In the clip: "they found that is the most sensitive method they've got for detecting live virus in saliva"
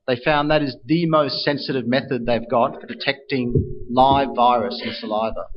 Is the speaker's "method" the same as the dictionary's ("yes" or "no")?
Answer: yes